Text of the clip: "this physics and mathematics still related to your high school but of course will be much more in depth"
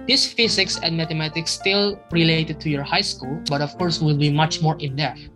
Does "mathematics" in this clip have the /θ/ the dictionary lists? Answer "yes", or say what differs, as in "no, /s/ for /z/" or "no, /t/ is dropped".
no, /t/ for /θ/